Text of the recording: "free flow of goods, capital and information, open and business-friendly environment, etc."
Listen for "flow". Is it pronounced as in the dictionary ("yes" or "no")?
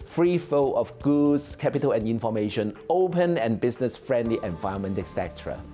no